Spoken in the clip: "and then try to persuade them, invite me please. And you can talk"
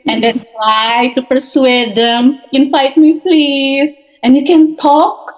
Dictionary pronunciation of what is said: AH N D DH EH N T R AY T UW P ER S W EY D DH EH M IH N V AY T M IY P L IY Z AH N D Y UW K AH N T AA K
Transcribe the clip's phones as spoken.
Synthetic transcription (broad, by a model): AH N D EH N T R AY T UW P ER S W EY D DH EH M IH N F AY T M IY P L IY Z AH N D Y UW K AH N T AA K